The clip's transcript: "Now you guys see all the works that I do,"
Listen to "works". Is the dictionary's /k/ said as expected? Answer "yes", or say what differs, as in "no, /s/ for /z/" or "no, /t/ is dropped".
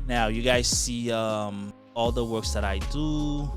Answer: yes